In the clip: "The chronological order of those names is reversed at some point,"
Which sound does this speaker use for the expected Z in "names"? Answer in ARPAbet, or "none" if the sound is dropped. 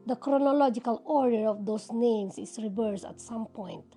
S